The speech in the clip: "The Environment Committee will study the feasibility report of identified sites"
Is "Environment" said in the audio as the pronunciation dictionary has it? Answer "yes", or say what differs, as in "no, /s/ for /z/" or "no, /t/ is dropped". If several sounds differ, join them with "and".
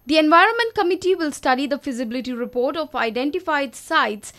yes